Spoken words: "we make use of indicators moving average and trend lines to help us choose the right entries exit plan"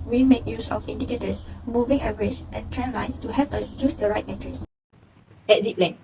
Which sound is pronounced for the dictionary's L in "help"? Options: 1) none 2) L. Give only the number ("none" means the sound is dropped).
1